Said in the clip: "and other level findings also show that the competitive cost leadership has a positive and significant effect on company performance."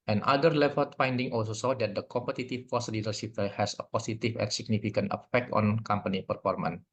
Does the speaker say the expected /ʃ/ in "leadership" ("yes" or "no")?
no